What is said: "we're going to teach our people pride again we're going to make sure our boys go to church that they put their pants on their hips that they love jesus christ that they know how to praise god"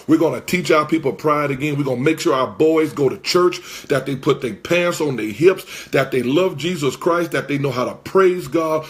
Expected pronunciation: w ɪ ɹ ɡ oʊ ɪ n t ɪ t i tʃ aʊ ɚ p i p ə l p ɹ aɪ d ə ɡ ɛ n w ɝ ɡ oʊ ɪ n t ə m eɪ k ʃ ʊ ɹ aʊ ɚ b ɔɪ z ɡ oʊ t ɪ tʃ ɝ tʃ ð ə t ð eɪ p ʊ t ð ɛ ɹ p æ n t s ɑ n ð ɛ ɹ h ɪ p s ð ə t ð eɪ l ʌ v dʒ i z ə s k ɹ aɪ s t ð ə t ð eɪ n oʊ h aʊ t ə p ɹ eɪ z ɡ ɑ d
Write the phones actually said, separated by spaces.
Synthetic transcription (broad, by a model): w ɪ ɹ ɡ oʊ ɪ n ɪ t i tʃ aʊ ɚ p i p l p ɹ aɪ d ə ɡ ɛ n w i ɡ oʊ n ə m eɪ k ʃ ʊ ɹ aʊ ɚ b ɔɪ z ɡ oʊ t ɪ tʃ ɝ tʃ ð ə t ð eɪ p ʊ t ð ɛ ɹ p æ n s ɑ n ð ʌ ɹ h ɪ p s ð ə t ð eɪ l ʌ v dʒ i z ə s k ɹ aɪ s t ð ə t ð eɪ n oʊ h aʊ t ə p ɹ eɪ z ɡ ɑ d